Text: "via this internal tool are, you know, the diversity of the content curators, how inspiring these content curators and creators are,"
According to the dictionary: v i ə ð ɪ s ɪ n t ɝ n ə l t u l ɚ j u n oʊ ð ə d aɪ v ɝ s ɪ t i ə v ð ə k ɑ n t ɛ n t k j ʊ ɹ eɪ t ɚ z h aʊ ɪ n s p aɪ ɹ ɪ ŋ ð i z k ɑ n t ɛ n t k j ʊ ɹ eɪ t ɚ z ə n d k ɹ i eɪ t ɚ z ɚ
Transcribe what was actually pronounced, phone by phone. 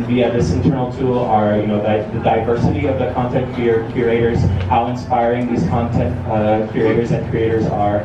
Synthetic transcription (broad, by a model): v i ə ð ɪ s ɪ n t ɝ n l t u l ɚ j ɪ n oʊ ð ə d aɪ v ɝ s ɪ t i ə v ð ə k ɑ n t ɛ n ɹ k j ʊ ɹ eɪ t ɚ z h aʊ ɪ n s p aɪ ɹ ɪ ŋ ð i z k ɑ n t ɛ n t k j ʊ ɹ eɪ t ɚ z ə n k ɹ i eɪ t ɚ z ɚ